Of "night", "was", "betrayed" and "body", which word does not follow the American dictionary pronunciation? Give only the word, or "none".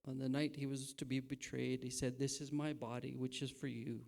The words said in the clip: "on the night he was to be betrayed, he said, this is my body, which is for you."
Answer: none